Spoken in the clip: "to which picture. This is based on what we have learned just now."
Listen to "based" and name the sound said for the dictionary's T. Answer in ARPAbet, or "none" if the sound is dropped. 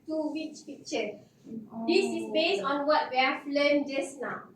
none